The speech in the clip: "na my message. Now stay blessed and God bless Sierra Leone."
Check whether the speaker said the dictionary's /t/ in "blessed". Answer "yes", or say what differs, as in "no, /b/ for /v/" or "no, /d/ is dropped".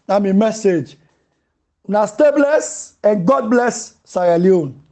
no, /t/ is dropped